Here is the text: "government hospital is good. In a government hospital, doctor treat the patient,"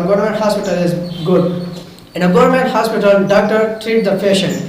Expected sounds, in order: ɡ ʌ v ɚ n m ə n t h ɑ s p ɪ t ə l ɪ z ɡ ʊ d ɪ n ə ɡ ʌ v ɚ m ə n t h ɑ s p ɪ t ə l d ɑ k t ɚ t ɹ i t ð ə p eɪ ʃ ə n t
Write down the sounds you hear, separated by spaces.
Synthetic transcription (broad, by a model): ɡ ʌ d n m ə n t h ɑ s p ɪ t ə l ɪ z ɡ ʊ d ɪ n ə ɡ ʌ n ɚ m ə n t h ɑ s p ɪ t ə l d ɑ k t ɚ t ɹ i t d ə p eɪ ʃ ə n